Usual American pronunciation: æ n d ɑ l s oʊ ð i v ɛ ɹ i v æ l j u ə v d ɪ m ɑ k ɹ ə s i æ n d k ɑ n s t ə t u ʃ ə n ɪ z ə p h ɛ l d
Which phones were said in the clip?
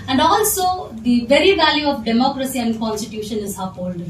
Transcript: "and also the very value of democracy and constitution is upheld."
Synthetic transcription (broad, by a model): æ n d ɑ l s oʊ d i v ɛ ɹ i v æ l j u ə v d ɪ m ɑ k ɹ ə s i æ n d k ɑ n s t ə t u ʃ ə n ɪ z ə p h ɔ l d